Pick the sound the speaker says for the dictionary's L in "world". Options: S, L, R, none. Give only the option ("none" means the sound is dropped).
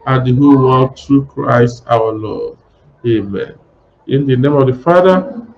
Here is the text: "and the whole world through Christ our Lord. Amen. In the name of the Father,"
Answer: none